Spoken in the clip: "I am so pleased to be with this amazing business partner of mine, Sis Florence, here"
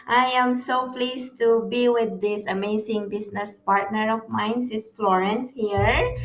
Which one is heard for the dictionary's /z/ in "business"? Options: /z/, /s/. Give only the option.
/s/